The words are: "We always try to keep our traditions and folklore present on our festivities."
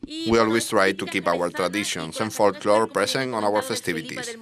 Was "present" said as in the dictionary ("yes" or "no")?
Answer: no